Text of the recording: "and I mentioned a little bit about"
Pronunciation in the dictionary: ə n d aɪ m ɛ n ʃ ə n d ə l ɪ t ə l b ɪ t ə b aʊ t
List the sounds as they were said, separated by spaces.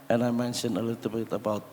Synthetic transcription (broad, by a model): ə n aɪ m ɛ n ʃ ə n ə l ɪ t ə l b ɪ t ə b aʊ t